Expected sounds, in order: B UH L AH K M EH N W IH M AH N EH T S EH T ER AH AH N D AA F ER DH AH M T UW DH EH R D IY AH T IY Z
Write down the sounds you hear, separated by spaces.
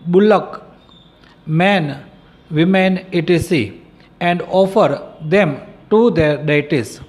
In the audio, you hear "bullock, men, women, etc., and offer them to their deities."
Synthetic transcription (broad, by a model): B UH L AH K M EH N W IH M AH N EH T IY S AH AH N D AA F ER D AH M T UW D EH R D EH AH T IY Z